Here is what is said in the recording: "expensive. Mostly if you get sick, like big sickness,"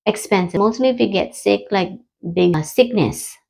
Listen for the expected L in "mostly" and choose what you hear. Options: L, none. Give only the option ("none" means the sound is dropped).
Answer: L